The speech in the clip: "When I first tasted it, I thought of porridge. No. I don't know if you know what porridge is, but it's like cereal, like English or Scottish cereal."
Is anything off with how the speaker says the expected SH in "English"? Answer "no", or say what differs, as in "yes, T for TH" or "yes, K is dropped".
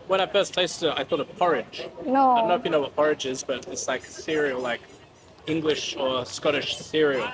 no